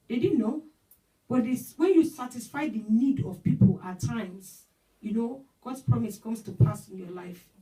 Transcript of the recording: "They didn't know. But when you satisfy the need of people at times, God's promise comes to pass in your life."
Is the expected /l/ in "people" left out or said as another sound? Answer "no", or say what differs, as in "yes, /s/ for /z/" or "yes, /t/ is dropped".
no